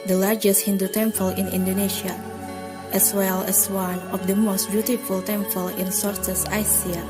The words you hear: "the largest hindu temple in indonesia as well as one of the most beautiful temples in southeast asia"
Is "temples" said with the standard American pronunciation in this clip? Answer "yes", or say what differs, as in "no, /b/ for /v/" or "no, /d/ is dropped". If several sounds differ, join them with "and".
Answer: no, /z/ is dropped